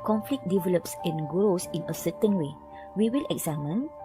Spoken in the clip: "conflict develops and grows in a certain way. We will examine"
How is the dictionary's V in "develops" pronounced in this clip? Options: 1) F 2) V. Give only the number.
2